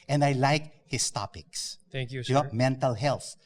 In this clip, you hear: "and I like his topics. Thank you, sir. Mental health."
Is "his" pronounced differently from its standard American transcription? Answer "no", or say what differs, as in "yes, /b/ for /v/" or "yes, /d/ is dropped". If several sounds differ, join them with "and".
yes, /s/ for /z/